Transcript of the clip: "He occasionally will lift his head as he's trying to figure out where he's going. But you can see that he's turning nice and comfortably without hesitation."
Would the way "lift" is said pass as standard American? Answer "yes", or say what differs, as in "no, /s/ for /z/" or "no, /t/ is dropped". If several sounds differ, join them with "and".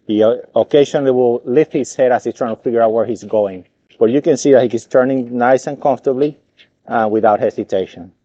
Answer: yes